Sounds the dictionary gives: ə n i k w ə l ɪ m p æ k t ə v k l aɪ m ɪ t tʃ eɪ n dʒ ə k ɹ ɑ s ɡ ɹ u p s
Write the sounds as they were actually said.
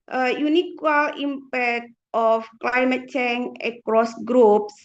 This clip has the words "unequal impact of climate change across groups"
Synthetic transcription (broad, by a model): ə n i k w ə l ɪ m p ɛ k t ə f k l aɪ m ɪ t tʃ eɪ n ə k ɹ ɑ s ɡ ɹ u p s